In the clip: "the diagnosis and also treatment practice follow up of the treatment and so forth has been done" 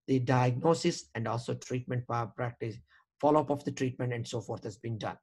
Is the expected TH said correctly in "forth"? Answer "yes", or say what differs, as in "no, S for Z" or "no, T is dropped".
no, T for TH